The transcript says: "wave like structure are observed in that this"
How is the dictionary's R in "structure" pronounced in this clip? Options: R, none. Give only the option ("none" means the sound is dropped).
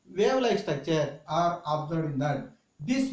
none